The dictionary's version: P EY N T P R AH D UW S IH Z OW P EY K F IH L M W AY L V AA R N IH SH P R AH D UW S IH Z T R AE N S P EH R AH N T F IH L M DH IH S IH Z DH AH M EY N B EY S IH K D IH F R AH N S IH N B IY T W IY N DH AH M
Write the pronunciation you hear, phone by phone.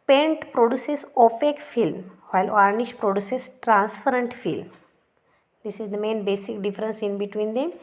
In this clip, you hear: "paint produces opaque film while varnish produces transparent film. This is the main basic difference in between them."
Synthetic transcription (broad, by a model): P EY N T P R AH D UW S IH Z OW F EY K F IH L M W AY L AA R N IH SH P R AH D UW S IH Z T R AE N S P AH R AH N T F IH L M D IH S IH Z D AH M EY N B EY S IH K D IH F R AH N S IH N B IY T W IY N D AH M